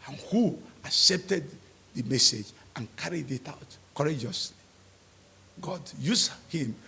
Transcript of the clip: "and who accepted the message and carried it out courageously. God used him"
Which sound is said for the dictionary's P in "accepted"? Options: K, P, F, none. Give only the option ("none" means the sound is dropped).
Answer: P